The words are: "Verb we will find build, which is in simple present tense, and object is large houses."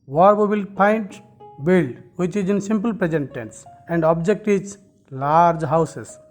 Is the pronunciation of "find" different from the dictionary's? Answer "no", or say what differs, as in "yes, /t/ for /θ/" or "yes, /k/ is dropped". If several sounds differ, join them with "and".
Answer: yes, /p/ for /f/